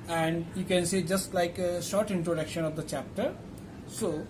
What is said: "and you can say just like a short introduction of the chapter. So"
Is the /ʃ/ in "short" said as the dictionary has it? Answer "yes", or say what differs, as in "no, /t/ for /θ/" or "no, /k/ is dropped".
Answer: yes